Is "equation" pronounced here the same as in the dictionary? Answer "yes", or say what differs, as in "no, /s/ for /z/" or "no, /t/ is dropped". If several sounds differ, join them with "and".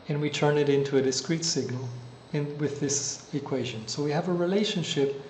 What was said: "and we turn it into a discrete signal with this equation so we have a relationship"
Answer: yes